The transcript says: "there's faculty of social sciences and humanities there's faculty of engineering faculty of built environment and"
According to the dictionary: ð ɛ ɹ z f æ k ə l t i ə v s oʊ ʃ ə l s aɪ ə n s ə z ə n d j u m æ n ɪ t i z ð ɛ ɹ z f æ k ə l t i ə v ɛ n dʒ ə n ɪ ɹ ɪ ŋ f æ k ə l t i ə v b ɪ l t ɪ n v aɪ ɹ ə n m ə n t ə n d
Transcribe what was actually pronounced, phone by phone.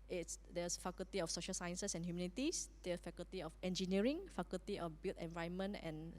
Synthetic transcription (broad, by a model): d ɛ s f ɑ k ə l t i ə f s oʊ ʃ ə l s aɪ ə n s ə s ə n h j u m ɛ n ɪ t i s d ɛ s f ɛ k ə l t i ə f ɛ n dʒ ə n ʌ ɹ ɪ ŋ f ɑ k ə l t i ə f b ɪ l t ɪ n v aɪ ə n m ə n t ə n